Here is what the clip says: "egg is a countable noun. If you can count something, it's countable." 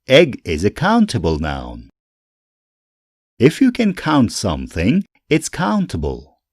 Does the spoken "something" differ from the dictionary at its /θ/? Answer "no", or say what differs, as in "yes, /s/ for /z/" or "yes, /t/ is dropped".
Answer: no